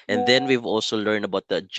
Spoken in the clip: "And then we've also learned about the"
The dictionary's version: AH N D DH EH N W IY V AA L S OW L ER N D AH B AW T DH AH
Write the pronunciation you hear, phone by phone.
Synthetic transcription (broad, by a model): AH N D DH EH N W IY V AA L S OW L ER N D AH B AW T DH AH